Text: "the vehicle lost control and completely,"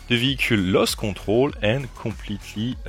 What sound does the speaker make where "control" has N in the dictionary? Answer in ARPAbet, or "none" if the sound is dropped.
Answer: none